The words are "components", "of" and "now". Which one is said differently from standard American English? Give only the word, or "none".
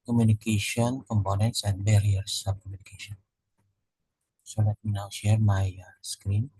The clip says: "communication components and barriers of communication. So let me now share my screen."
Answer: of